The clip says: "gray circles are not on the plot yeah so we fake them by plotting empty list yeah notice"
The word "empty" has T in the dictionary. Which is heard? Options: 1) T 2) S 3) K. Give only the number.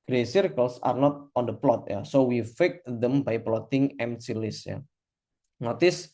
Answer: 2